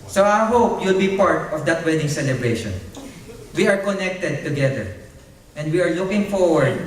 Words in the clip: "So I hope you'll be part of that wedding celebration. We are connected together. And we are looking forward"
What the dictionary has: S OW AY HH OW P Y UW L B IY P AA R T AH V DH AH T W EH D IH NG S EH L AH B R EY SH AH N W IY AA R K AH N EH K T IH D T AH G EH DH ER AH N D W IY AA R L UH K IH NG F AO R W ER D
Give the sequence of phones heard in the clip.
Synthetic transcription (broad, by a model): S OW AY HH OW P Y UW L B IY P AA R T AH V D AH T W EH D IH NG S EH L AH B R EY SH AH N W IY AA R K AH N EH K T IH D T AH G EH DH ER AH N D W IY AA R L UH K IH NG F AO R W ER D